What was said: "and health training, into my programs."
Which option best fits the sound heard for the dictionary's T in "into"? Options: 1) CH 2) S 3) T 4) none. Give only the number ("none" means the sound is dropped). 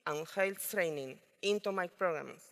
3